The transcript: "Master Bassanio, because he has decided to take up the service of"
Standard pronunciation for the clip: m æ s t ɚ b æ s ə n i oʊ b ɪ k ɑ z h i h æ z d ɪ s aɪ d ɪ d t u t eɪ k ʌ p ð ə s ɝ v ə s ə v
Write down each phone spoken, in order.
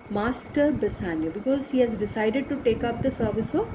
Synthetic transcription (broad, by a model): m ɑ s t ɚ b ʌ s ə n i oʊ b ɪ k ɑ z h i h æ z d ɪ s aɪ d ɪ d t u t eɪ k ʌ p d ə s ɝ v ə s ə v